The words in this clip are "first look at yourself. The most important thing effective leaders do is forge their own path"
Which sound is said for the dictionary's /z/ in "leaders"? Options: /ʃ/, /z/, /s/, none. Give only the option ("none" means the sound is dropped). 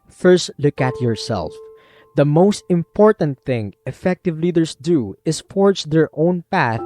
/s/